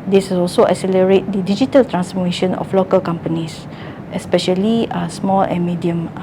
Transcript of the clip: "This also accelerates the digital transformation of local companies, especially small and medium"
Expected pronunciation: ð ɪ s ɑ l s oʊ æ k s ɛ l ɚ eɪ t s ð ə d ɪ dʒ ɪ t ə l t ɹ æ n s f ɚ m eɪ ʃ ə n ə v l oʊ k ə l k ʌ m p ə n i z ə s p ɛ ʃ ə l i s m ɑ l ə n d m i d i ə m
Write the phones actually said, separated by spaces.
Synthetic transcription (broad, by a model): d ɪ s ɑ l s oʊ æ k s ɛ l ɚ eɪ t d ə d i dʒ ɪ t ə l t ɹ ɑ n s f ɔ m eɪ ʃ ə n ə f l oʊ k ə l k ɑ m p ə n i s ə s p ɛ ʃ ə l i s m ɑ l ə n m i d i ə m